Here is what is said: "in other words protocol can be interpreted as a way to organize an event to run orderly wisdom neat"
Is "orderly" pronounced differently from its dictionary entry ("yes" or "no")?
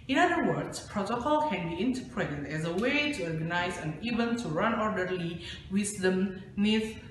no